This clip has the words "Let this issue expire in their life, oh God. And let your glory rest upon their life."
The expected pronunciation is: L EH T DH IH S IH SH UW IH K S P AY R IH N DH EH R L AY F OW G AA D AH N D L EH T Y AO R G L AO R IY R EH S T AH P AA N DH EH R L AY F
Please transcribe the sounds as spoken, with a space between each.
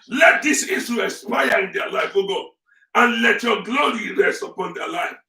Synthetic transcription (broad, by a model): L EH T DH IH S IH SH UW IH S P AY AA IH N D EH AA L AY F OW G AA AH N L EH T Y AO G L AO R IY R EH S T AH P AA N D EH L AY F